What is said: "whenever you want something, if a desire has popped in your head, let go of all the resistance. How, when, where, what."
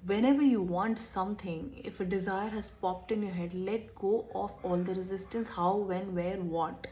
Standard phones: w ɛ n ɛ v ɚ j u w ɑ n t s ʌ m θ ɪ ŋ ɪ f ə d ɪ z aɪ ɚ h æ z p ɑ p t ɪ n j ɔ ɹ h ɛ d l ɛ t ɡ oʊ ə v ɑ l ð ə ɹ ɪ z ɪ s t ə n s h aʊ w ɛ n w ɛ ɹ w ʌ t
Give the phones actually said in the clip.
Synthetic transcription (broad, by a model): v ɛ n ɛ v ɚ j u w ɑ n t s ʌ m t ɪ ŋ ɪ f ə d ɪ z aɪ ɚ h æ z p ɑ p t ɪ n j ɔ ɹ h ɛ d l ɛ t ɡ oʊ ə f ɑ l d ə ɹ ɪ z ɪ s t ə n s h aʊ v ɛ n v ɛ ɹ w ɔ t